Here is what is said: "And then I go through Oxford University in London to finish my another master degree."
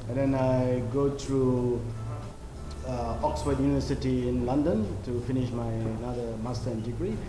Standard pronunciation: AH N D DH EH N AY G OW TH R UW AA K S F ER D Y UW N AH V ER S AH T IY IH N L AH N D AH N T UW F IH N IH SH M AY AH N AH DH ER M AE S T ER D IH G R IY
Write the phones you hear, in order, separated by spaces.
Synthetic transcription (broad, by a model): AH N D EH N AY G OW T R UW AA K S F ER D Y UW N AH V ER S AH T IY IH N L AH N D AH N T UW F IH N IH SH M AY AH N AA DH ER M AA S T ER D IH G R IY